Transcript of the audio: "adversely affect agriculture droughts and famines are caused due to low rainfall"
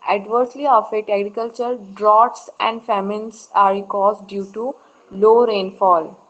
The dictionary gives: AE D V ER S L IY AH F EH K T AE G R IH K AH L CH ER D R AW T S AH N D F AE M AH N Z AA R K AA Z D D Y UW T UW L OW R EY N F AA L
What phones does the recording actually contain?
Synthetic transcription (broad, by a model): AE D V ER S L IY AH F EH T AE G R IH K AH L CH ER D R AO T S AH N D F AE M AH N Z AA R K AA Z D D Y UW T UW L OW R EY N F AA L